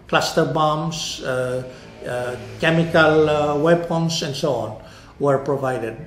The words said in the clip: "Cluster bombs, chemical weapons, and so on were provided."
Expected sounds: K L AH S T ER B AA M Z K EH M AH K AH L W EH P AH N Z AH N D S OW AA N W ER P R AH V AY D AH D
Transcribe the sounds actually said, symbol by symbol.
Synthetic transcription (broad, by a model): K L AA S T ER B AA M S K EH M AH K AH L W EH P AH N S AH N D S OW AA N W ER P R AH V AY D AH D